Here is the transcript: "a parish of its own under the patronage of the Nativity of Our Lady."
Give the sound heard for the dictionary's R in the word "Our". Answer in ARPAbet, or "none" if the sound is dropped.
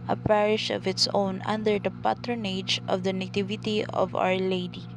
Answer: R